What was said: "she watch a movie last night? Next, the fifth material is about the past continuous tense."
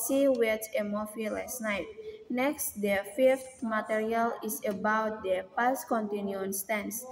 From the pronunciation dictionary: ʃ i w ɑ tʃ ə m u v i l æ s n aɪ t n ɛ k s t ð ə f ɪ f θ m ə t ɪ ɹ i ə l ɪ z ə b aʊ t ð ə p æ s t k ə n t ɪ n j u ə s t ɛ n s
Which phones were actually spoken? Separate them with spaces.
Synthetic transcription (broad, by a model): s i w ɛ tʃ ə m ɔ f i l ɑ s n aɪ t n ɛ k s t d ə f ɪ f t m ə t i ɹ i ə l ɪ s ə b aʊ t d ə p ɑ s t k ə n t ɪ n j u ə s t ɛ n s